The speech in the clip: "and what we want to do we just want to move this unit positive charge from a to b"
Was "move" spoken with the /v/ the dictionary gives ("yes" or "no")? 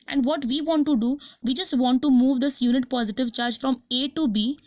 yes